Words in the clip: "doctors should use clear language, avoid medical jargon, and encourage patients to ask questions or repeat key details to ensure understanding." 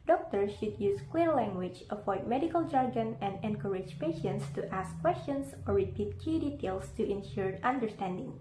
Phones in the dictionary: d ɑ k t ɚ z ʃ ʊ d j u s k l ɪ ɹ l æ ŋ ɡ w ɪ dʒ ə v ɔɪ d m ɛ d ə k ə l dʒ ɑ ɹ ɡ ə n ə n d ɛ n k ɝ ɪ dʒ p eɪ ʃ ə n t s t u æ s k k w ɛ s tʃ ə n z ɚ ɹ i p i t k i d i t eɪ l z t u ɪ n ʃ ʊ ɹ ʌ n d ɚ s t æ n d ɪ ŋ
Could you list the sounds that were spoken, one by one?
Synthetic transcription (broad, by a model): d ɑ k t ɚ ʃ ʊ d j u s k w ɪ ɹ l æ ŋ ɡ w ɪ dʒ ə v ɔɪ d m ɛ d ə k ə l dʒ ɑ ɹ ɡ ə n ə n d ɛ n k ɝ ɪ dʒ p eɪ ʃ ə n t s t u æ s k k w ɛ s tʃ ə n s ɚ ɹ i p i t k i d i t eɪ l s t u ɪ n ʃ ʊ ɹ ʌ n d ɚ s t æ n d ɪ ŋ